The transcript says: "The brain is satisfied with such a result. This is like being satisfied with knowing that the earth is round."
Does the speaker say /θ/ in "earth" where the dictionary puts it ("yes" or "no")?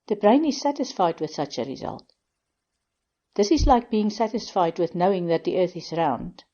yes